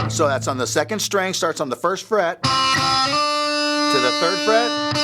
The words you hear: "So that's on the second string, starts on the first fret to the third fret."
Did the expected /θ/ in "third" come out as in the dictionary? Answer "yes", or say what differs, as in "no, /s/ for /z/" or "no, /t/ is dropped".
yes